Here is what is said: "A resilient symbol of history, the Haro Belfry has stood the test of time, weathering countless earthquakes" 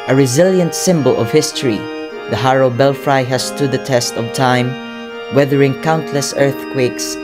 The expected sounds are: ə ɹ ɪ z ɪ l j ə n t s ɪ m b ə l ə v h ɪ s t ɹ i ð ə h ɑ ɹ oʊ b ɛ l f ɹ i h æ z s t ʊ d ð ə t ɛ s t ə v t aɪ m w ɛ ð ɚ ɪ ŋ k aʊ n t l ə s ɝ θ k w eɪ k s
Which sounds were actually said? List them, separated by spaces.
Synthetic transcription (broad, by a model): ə ɹ ɪ z ɪ l j ə n t s ɪ m b ə l ə v h ɪ s t ɹ i ð ə h ɑ ɹ oʊ b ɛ l f ɹ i h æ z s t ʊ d ð ə t ɛ s t ə v t aɪ m w ɛ ð ɚ ɪ ŋ k aʊ n t l ə s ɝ θ k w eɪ k s